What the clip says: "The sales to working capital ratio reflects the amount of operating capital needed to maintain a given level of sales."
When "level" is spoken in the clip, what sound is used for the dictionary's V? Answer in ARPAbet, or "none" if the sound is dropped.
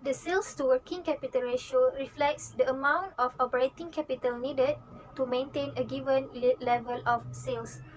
V